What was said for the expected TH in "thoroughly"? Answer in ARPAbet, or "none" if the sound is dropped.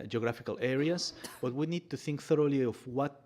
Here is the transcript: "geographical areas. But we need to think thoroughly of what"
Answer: TH